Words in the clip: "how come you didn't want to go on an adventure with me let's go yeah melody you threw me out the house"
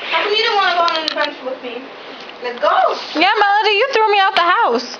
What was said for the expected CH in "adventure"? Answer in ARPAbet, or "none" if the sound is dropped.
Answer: SH